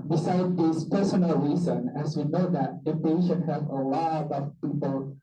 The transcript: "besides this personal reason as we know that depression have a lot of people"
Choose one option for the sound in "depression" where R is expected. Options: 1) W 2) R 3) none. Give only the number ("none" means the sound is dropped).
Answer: 3